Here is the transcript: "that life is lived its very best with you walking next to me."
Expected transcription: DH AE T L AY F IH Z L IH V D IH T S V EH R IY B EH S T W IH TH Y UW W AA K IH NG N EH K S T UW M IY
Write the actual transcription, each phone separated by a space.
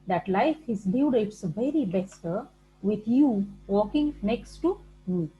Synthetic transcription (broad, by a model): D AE T L AY F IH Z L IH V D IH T S V EH R IY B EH S T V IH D Y UW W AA K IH NG N EH K S T UW M IY